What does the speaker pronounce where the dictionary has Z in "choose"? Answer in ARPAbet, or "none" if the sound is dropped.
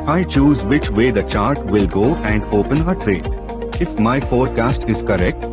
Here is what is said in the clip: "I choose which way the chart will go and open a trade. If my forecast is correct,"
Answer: Z